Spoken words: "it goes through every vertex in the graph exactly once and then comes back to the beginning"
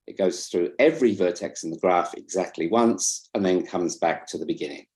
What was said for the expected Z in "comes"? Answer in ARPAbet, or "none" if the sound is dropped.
Z